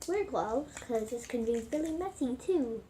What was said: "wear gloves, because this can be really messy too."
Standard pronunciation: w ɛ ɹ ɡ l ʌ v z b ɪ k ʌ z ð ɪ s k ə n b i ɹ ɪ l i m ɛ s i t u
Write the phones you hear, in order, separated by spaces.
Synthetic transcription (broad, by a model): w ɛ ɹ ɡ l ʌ z k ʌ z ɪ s k ə n b i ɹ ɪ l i m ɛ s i t u